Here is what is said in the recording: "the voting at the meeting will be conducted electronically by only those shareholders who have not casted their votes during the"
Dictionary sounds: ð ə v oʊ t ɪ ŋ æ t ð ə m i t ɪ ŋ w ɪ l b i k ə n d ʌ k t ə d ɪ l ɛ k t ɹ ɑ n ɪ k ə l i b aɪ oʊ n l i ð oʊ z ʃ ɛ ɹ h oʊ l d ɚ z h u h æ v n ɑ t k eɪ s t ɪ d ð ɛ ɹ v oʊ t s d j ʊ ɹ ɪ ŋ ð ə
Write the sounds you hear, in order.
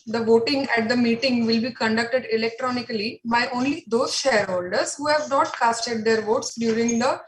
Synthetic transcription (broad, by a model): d ə v oʊ t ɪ ŋ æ t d ə m i t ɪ ŋ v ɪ l b i k ə n d ʌ k t ə d ɪ l ɛ k t ɹ ɑ n ɪ k ə l i b aɪ oʊ n l i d oʊ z ʃ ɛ ɹ h oʊ l d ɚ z h u h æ v n ɑ t k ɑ s t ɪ d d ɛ ɹ v oʊ t s d j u ɹ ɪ ŋ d ə